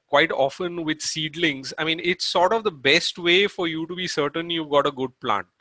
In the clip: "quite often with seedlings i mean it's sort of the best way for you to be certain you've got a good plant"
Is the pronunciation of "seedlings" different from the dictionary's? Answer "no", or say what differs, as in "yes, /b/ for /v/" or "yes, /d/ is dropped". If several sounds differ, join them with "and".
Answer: no